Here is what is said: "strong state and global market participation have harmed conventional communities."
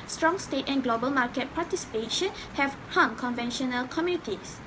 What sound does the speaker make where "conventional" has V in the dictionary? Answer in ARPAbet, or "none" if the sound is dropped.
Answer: V